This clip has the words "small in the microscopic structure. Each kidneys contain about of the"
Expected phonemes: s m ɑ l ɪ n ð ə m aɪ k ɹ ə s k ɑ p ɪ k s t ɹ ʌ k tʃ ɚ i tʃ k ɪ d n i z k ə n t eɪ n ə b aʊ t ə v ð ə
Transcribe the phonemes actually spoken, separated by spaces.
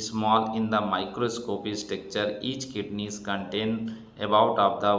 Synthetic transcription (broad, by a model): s m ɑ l ɪ n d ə m aɪ k ɹ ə s k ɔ p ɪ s t ʌ k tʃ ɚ i tʃ k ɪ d n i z k ə n t eɪ n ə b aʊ t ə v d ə